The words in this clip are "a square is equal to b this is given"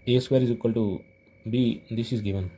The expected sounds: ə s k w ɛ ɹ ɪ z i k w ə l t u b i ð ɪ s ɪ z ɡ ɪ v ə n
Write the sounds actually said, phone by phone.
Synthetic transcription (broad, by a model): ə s w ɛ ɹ ɪ z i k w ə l t u b i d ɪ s ɪ z ɡ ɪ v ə n